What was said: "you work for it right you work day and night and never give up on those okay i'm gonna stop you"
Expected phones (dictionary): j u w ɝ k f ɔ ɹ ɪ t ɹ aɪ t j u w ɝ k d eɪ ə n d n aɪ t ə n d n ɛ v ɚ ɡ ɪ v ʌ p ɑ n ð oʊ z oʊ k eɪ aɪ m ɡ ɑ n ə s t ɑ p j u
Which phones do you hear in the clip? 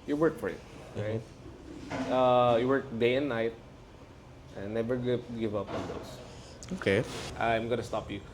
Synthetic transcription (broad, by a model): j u w ɝ k f ɔ ɹ ɪ t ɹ aɪ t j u w ɝ k d eɪ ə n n aɪ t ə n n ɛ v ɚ ɡ ɪ v ʌ p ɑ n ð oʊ s oʊ k eɪ aɪ m ɡ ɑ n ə s t ɑ p j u